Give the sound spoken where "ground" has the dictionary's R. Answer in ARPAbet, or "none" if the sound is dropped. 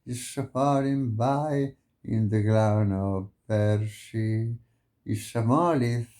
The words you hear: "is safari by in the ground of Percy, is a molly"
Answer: L